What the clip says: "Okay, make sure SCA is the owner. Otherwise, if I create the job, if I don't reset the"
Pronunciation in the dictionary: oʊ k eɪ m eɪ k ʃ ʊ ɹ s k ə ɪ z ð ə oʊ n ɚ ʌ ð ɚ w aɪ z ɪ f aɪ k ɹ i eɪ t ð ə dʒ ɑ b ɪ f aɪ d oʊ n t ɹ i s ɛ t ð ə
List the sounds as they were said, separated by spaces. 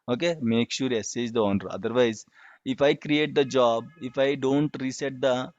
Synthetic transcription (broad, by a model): oʊ k eɪ m eɪ k ʃ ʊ ɹ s ə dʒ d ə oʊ n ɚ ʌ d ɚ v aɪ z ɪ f aɪ k ɹ i eɪ t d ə dʒ ɑ b ɪ f aɪ d oʊ n t ɹ i s ɛ t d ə